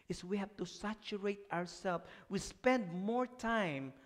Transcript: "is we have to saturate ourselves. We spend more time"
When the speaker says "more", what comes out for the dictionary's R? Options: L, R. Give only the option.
R